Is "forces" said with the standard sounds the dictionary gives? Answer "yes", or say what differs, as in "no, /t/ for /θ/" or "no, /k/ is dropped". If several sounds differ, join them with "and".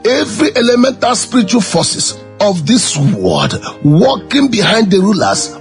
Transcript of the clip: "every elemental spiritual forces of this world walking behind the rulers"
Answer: no, /s/ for /z/